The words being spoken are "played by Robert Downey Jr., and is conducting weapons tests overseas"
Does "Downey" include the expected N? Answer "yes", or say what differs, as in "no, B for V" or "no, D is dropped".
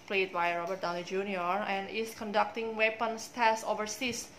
no, L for N